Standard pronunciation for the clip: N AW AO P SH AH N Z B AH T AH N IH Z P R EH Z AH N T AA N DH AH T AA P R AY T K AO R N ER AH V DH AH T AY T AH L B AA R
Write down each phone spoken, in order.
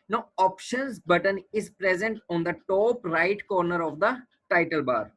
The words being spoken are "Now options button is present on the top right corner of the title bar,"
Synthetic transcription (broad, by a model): N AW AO P SH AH N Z B AH T AH N IH Z P R EH Z AH N T AA N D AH T AA P R AY T K AO R N ER AH V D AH T AY T AH L B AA R